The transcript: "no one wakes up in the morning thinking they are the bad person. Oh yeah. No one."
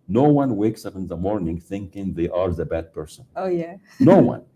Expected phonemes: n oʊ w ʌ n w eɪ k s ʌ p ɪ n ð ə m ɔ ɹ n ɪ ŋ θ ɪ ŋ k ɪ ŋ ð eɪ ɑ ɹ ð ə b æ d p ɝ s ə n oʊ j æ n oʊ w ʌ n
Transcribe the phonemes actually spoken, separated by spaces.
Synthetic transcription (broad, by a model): n oʊ w ʌ n w eɪ k s ʌ p ɪ n ð ə m ɔ ɹ n ɪ ŋ θ ɪ ŋ k ɪ ŋ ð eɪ ɑ ɹ ð ə b æ d p ɝ s ə n oʊ j æ n oʊ w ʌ n